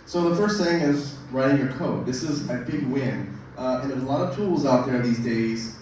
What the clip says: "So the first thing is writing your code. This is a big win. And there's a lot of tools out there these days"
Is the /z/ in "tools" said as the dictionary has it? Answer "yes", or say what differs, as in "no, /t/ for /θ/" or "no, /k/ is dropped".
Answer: yes